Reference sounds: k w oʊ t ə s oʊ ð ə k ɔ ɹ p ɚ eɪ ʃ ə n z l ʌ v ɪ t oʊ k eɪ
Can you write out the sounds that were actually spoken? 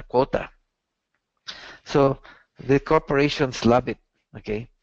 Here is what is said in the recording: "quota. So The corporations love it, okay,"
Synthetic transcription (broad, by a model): k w oʊ t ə s oʊ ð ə k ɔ ɹ p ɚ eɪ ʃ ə n s l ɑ b ɪ t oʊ k eɪ